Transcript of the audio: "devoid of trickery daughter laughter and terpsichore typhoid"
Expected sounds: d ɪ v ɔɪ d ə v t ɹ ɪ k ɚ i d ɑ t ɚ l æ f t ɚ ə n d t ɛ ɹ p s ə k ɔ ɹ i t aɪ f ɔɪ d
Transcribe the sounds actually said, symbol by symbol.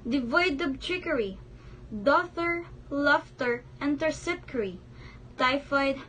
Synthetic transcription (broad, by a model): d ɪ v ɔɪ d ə b t ɹ ɪ k ɚ i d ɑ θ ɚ l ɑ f t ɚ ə n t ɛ ɹ s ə k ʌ ɹ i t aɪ f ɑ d